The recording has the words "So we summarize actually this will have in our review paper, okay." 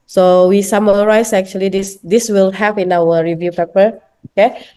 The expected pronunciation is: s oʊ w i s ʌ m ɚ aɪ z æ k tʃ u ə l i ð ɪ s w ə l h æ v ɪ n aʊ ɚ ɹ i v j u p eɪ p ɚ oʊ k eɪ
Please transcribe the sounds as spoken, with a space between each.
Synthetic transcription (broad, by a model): s oʊ w i s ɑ m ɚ aɪ s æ k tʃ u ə l i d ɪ s w ə l h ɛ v ɪ n aʊ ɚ ɹ i v j u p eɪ p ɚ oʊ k eɪ